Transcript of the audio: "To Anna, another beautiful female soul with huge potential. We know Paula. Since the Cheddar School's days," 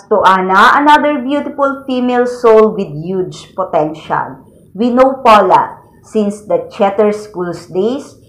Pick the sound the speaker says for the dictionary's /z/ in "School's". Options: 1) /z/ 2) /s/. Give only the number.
2